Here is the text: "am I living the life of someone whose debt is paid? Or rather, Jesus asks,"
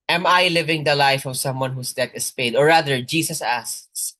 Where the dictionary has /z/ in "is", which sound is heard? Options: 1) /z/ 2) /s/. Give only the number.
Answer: 2